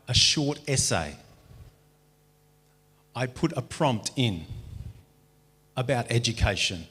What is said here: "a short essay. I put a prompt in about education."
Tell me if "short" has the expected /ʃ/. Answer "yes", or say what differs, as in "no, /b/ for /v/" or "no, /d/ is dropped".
yes